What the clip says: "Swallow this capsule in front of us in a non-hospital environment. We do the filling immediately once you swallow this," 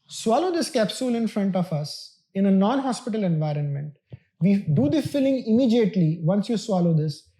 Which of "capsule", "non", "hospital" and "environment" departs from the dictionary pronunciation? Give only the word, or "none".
none